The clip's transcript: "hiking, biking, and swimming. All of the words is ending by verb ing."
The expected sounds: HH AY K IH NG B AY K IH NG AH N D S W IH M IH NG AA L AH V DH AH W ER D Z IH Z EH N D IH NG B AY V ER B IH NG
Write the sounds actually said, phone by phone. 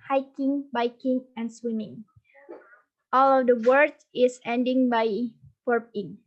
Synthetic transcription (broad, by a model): HH AY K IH NG B AY K IH NG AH N S W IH M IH NG AA L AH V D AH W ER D IH S EH N D IH NG B AY P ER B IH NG